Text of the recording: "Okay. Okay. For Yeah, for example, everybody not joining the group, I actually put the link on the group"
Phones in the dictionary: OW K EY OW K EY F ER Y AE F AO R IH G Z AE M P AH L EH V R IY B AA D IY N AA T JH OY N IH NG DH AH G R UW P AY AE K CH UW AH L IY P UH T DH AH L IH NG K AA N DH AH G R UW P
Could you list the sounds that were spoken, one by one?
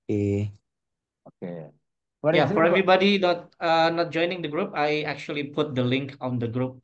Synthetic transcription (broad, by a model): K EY OW K EY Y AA F AO R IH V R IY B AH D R IY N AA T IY N AA T JH OY N IH NG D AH G R UW P AY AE K CH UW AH L IY P UH T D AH L IH NG K AA N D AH G R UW P